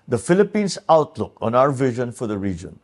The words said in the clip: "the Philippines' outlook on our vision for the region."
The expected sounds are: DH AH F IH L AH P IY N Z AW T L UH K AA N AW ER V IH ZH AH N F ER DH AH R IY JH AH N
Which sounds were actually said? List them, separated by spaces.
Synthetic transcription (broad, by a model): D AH F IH L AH P IY N S AW T L UH K AA N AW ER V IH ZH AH N F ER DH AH R IY JH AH N